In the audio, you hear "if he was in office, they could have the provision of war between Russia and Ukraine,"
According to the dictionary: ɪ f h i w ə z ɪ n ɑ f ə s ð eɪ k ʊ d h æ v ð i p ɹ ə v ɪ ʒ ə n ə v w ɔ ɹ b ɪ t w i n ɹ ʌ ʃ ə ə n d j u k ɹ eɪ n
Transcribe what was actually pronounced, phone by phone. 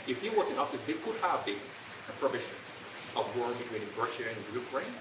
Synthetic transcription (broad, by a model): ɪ f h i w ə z ɪ n ɑ f ə s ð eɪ k ʊ d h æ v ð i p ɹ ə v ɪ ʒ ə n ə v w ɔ ɹ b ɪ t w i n ɹ ʌ ʃ ə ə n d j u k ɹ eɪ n